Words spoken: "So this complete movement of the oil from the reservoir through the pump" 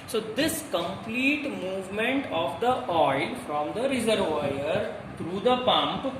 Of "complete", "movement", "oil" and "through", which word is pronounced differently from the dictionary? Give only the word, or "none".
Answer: through